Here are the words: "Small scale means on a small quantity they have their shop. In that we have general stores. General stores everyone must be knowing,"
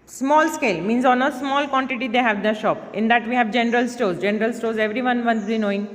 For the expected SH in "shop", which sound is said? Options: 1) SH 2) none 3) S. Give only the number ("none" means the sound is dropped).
1